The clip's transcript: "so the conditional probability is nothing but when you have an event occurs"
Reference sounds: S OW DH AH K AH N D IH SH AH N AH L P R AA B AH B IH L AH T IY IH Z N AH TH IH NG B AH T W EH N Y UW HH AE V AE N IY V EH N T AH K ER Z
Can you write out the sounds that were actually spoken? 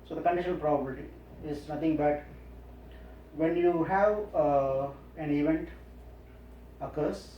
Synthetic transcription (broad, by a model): S OW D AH K AH N D IH SH AH N AH L P R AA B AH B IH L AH T IY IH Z N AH T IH NG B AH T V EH N Y UW HH AE V AE N IY V EH N T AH K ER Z